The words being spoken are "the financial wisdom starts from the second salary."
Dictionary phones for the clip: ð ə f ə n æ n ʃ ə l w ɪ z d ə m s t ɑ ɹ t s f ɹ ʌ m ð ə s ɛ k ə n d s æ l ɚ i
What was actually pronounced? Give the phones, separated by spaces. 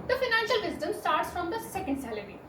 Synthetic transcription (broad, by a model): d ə f ə n æ n ʃ ə l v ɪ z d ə m s t ɑ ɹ t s f ɹ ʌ m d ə s ɛ k ə n d s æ l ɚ i